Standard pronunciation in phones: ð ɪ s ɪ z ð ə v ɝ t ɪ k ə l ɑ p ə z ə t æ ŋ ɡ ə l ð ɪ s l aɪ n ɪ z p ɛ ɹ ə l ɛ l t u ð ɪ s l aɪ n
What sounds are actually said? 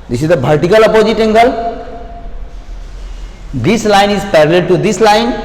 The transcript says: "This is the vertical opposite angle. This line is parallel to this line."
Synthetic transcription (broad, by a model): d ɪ s ɪ z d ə b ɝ t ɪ k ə l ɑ p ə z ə t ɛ ŋ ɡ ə l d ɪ s l aɪ n ɪ z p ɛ ɹ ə l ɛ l t u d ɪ s l aɪ n